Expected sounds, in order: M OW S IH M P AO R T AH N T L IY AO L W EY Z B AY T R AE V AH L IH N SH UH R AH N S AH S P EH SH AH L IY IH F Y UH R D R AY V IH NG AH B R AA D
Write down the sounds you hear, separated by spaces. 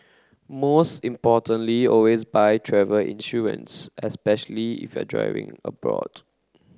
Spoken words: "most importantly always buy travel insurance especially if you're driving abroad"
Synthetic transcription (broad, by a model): M OW S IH M P AO T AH N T L IY AO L W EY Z B AY T R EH V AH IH N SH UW R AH N S AH S P EH SH AH L IY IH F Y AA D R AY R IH NG AH B R AA D